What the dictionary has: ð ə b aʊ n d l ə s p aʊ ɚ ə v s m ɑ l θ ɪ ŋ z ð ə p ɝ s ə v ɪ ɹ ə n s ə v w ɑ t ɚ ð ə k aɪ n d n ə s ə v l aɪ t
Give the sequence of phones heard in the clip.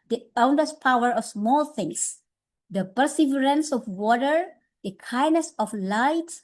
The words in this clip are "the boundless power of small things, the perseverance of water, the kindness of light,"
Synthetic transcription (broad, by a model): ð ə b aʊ n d ə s p aʊ ɚ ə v s m ɑ l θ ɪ ŋ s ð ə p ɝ s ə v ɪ ɹ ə n s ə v w ɑ t ɚ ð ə k aɪ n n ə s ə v l aɪ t